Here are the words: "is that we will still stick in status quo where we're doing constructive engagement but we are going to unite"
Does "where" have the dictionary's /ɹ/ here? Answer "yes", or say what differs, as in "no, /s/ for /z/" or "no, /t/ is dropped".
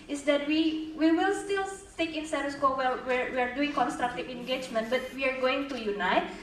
no, /w/ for /ɹ/